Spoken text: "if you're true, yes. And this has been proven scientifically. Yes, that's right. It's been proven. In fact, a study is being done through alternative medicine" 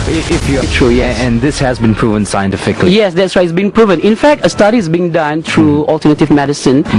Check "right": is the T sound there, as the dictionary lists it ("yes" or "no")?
no